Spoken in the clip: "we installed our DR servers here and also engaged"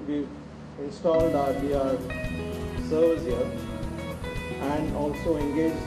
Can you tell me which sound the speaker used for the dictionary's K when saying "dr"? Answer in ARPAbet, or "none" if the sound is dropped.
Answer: none